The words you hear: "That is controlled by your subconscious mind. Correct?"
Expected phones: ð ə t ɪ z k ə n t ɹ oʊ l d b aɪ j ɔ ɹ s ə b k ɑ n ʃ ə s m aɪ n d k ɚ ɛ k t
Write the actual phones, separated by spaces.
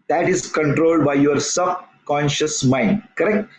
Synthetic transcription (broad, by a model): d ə t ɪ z k ə n t ɹ oʊ l d b aɪ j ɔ ɹ s ə b k ɑ n ʃ ə s m aɪ n d k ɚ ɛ k t